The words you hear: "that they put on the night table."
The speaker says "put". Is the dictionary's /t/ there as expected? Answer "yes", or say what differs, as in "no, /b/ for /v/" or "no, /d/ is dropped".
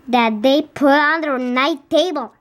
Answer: no, /t/ is dropped